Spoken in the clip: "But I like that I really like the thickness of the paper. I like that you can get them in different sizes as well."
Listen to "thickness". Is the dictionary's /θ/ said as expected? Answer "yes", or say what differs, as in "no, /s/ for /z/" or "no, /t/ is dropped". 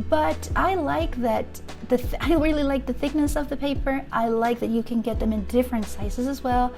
yes